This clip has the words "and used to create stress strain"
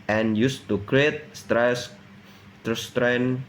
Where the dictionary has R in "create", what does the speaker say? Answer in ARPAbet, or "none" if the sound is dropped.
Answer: R